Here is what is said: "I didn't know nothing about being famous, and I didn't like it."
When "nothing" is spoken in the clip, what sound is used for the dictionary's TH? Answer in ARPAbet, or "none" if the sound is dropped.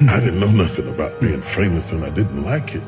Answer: TH